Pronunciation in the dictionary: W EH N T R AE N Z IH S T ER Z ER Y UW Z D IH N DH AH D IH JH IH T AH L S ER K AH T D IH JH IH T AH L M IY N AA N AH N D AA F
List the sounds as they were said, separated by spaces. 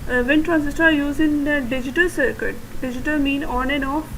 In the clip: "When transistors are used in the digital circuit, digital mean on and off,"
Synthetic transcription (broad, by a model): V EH N T R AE N S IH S T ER ER Y UW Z IH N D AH D IH JH IH T AH L S ER K AH T D IH JH IH T AH L M IY N AA N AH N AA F